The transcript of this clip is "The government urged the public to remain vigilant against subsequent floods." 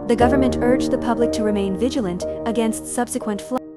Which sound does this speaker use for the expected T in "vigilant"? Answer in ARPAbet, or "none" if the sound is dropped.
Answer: T